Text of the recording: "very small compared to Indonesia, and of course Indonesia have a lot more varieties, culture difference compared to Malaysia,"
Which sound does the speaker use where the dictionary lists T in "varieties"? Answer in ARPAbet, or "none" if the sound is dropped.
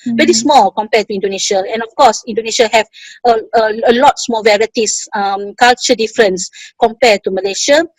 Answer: S